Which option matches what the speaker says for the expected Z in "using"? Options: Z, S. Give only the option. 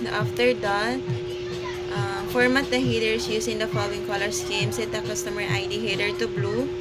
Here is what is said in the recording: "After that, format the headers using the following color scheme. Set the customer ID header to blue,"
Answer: S